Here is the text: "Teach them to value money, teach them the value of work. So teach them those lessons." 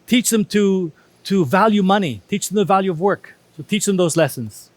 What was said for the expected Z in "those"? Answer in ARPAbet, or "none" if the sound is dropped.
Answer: Z